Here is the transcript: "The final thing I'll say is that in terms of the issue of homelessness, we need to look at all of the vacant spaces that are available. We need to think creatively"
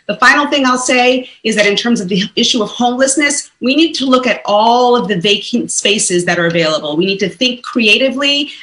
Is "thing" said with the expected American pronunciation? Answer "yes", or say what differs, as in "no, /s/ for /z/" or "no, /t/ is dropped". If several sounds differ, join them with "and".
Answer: yes